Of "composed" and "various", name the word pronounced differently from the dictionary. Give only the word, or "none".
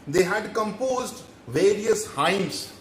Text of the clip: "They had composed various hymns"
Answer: none